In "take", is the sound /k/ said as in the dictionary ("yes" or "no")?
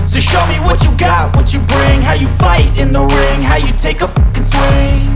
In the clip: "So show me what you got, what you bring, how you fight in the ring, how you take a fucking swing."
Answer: no